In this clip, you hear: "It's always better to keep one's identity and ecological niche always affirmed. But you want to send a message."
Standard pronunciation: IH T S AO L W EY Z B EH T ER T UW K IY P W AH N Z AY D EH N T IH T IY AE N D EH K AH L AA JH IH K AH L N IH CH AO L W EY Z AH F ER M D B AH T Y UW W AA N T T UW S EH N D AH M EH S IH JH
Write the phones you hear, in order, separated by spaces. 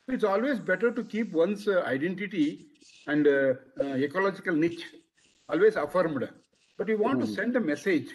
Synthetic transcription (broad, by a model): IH T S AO L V EY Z B EH T ER T UW K IY P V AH N S AY D EH N T IH T IY AE N D EH K AH L AA JH IH K AH L N IH CH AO L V EY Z AH F ER M D B AH T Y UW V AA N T T UW S EH N D AH M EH S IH JH